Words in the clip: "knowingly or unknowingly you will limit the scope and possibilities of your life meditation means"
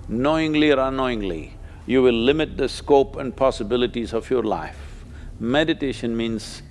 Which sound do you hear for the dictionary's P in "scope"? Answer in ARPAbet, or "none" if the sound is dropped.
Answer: P